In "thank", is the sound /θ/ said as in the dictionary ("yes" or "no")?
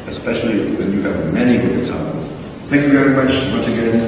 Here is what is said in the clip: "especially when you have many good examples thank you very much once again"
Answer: yes